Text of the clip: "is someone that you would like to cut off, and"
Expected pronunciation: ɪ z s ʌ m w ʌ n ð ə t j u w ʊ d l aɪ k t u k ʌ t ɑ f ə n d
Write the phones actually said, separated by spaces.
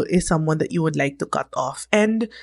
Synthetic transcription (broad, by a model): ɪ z s ʌ m w ʌ n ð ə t j u w ʊ d l aɪ k t u k ʌ t ɑ f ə n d